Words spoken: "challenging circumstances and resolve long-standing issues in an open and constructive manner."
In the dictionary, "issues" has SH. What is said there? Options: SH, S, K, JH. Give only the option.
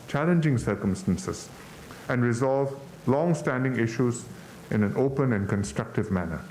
SH